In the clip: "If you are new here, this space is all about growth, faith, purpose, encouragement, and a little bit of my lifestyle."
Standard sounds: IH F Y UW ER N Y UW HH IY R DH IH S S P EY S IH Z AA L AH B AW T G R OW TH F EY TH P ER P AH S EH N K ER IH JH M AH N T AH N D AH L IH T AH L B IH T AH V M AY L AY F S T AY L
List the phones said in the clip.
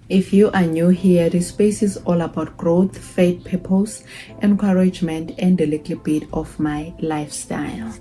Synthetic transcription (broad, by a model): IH F Y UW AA N Y UW HH IY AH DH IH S S P EY S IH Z AA L AH B AW T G R OW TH F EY T P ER P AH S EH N K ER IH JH M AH N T AH N D AH L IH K L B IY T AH F M AY L AY F S T AY L